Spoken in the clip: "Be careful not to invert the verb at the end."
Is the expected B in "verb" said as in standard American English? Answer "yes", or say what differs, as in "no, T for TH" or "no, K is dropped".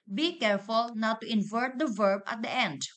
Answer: yes